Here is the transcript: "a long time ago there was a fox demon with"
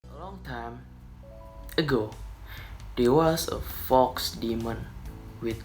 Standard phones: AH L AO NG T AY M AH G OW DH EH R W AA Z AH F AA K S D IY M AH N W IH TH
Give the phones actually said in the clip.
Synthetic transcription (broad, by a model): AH L AO NG T AY M AH G OW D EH W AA S AH F AA K S D IY M AH N W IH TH